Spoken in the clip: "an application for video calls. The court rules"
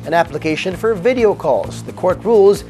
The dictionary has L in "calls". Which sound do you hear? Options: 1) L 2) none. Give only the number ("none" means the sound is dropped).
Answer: 1